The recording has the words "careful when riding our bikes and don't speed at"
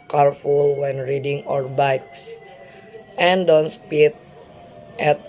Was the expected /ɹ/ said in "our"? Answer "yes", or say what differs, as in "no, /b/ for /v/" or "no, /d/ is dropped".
yes